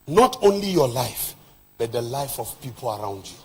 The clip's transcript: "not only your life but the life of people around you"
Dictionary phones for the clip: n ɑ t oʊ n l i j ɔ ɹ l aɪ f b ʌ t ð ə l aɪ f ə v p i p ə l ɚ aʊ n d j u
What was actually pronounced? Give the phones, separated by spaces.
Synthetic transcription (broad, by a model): n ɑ t oʊ n l i j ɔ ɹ l aɪ f b ʌ t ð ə l aɪ f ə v p i p ə l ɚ aʊ n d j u